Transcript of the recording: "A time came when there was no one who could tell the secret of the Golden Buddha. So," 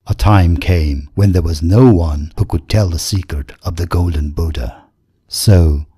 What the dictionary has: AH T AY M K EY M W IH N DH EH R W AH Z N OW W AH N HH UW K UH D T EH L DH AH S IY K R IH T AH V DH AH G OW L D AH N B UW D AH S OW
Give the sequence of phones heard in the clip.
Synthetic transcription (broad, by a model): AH T AY M K EY M W IH N DH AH R W AH Z N OW W AH N HH UW K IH D T EH L DH AH S IY K R IH T AH V DH AH G OW L D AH N B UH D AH S OW